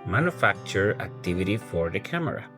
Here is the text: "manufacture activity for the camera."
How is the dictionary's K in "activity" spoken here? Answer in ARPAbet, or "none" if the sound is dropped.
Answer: K